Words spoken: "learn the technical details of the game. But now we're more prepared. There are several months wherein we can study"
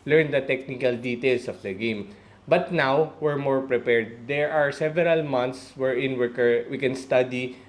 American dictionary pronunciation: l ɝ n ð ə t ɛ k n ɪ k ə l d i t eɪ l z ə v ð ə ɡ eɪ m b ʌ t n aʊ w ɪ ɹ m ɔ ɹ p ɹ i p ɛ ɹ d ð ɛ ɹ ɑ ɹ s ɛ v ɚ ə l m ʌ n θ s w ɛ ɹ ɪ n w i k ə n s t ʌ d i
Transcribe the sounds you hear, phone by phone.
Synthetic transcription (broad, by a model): l ɝ n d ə t ɛ k n ɪ k ə l d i t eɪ l s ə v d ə ɡ eɪ m b ʌ t n aʊ w ɪ ɹ m ɔ ɹ p ɹ i p ɛ ɹ d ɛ ɹ ɑ ɹ s ɛ v ɚ ə l m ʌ n t s w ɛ ɹ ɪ n w i k ə n s t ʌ d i